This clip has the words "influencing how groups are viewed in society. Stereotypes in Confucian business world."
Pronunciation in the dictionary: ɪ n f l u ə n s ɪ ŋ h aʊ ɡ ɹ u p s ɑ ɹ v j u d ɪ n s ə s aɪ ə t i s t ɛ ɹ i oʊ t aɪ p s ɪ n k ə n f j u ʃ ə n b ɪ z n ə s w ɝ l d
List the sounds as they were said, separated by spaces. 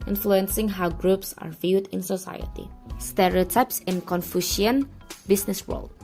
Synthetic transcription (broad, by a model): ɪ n f l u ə n s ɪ ŋ h aʊ ɡ ɹ u p s ɑ ɹ v j u d ɪ n s ə s aɪ ə t i s t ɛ ɹ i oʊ t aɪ p s ɪ n k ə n f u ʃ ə n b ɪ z n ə s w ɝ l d